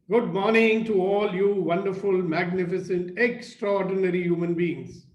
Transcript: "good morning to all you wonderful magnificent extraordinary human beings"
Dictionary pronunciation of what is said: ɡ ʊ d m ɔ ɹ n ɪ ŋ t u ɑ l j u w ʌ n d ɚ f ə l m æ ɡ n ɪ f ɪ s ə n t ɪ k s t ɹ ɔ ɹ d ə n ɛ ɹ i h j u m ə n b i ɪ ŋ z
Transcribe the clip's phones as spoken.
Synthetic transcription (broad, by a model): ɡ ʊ d m ɔ ɹ n ɪ ŋ t u ɑ l j u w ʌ n d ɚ f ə l m æ ɡ n ɪ f ɪ s ə n t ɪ k s t ɹ ɔ ɹ d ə n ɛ ɹ i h j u m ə n b i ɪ ŋ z